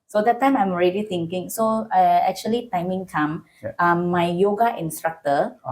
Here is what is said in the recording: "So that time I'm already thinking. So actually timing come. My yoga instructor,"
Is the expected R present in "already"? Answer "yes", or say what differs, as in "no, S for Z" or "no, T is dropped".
yes